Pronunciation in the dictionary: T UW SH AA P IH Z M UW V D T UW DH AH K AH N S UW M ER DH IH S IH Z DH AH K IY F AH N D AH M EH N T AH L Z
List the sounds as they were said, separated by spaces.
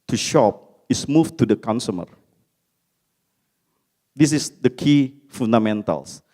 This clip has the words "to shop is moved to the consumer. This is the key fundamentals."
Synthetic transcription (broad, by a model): T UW SH AA P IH S M UW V T UW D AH K AH N S UW M ER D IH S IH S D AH K IY F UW N D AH M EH N T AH L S